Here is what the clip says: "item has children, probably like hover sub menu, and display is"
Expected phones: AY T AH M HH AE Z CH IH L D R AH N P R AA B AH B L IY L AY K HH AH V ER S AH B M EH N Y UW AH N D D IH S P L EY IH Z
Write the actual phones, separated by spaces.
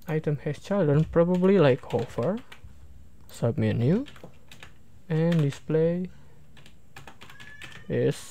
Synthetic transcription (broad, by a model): AY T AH M HH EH S CH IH L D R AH N P R AA B AH B L IY L AY K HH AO F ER S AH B M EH N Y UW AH N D D IH S P L EY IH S